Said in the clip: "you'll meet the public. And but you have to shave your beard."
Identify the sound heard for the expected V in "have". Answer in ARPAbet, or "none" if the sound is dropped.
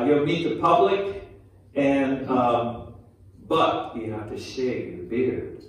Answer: F